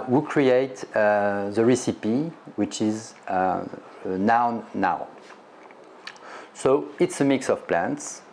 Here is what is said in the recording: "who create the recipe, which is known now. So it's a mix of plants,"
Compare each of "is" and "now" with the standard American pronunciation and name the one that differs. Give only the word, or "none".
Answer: none